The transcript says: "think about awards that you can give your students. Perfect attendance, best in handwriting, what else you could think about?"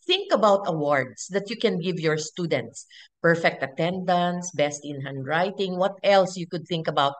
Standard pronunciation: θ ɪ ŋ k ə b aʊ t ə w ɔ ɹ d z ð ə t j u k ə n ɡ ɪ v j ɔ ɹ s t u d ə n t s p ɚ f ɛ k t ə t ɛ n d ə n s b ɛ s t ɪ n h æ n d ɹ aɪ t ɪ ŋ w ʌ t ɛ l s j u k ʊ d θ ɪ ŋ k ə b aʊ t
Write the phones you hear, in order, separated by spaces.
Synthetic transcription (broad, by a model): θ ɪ ŋ k ə b aʊ t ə w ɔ ɹ d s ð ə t j u k ə n ɡ ɪ v j ɔ ɹ s t u d ə n t s p ɚ f ɛ k t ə t ɛ n d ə n s b ɛ s t ɪ n h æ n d ɹ aɪ t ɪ ŋ w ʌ t ɛ l s j u k ʊ d θ ɪ ŋ k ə b aʊ t